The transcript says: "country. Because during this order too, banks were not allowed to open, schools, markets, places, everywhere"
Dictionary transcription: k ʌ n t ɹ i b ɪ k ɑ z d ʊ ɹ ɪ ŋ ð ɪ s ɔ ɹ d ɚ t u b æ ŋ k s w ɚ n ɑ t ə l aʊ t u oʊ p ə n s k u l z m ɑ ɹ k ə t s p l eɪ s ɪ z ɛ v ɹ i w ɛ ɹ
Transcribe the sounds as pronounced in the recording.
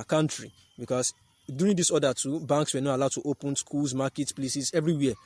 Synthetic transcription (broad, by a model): k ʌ n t ɹ i b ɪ k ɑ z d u ɹ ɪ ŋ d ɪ s ɔ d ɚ t u b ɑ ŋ k s w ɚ n ɑ t ə l aʊ t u oʊ p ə n s k u l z m ɑ k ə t p l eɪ s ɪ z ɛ v ɹ i w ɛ